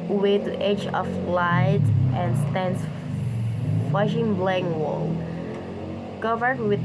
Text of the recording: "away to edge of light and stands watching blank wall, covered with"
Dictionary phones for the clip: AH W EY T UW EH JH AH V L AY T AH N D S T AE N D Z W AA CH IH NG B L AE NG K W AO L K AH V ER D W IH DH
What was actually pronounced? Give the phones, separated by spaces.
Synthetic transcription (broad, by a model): W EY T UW EH JH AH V L AY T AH N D S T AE N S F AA SH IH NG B L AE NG W AO L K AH V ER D W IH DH